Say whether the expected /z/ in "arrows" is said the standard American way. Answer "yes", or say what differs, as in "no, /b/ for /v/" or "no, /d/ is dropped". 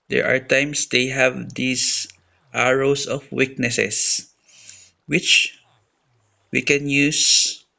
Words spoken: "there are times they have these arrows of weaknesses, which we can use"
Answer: no, /s/ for /z/